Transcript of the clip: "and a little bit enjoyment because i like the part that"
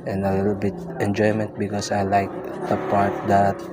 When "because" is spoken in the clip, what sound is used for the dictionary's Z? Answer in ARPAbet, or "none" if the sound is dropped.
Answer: S